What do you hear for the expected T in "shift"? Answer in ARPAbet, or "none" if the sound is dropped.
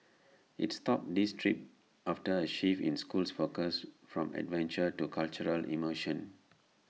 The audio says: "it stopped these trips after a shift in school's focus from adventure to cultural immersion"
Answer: none